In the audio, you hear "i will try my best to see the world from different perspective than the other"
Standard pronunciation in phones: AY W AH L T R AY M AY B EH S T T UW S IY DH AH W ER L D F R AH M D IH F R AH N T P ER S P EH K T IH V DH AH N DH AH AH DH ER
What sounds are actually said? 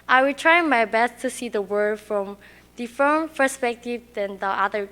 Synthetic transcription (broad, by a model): AY W AH L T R AY M AY B EH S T T UW S IY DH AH W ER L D F R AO M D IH F AH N P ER S P EH K T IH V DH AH N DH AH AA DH ER